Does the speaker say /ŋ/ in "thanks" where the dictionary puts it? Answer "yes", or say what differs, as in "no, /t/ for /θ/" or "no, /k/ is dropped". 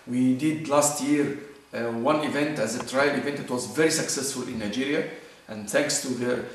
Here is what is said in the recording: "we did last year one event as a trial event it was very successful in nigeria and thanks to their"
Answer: yes